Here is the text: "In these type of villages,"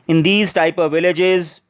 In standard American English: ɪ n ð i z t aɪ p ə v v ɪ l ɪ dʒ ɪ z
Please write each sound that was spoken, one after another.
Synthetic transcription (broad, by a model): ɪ n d i z t aɪ p ə v v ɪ l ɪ dʒ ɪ z